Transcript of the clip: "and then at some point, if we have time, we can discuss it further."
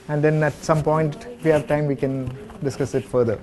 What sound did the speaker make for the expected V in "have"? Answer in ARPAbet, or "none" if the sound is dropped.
V